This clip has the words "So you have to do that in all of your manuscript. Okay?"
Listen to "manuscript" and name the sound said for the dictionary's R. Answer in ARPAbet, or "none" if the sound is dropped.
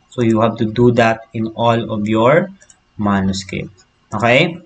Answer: none